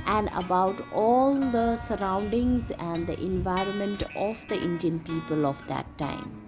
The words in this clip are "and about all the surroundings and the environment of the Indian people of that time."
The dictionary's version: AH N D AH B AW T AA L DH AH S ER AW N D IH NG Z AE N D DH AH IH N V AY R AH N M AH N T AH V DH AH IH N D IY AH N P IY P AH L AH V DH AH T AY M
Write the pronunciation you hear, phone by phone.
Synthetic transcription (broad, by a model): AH N D AH B AW T AA L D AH S ER AW N D IH NG Z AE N D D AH IH N V AY R AH N M AH N T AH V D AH IH N D IY AH N P IY P AH L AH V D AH T AY M